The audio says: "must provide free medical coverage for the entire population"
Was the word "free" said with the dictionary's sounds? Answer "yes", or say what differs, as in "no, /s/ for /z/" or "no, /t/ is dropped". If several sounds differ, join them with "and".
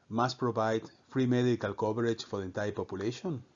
yes